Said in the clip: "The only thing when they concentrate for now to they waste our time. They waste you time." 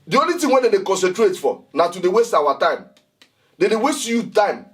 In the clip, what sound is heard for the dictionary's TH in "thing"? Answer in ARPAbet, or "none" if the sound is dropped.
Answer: T